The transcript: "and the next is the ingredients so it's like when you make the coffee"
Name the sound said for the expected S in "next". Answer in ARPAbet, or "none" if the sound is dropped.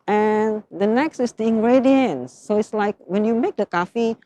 S